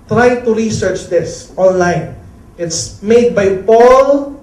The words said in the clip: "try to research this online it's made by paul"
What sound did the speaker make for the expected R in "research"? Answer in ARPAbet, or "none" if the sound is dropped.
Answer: R